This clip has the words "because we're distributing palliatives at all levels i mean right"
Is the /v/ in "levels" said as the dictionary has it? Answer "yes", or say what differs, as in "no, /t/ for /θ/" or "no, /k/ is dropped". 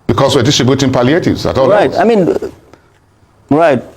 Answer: no, /v/ is dropped